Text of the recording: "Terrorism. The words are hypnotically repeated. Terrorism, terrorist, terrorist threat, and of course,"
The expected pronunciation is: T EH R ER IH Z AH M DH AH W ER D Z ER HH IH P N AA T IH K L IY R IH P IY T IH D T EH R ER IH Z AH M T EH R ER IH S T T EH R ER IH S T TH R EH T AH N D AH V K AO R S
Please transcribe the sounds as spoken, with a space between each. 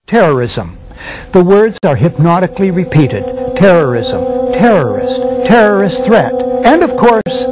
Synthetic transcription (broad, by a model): T EH R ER IH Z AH M DH AH W ER D Z ER HH IH P N AA T IH K L IY R IH P IY T IH D T EH R ER IH Z AH M T EH R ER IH S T T EH R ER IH S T TH R EH T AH N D AH V K AO R S